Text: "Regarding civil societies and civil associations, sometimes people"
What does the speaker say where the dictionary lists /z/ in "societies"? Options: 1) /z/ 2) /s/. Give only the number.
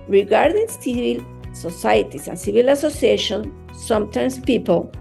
2